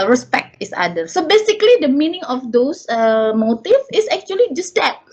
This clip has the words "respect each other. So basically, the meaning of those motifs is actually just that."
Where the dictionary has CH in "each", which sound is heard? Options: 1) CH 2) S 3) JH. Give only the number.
2